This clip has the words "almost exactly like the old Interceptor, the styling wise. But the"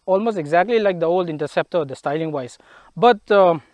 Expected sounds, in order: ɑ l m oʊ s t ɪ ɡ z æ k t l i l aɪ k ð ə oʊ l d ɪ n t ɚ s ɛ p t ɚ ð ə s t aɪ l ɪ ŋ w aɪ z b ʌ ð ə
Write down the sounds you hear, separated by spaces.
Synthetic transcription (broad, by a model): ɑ l m oʊ s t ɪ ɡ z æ k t l i l aɪ k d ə oʊ l d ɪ n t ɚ s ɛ p t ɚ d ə s t aɪ l ɪ ŋ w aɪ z b ʌ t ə